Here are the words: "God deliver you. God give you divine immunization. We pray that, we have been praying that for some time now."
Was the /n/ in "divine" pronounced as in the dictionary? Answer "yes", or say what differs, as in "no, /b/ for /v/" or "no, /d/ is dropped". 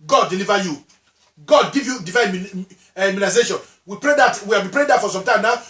no, /n/ is dropped